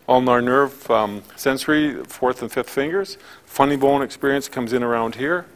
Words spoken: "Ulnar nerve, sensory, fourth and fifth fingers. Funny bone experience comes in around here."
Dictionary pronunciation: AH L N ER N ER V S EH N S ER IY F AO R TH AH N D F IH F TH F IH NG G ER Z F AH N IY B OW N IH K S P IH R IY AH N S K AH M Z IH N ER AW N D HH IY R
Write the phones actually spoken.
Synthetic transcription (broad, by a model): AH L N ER N ER V S EH N S ER IY F AO R TH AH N F IH F TH F IH NG G ER Z F AH N IY B OW N IH K S P IH R IY AH N S K AH M Z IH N ER AW N D HH IY R